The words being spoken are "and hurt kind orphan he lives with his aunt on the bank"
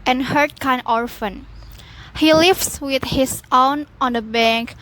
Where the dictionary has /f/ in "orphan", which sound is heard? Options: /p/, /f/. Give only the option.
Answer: /f/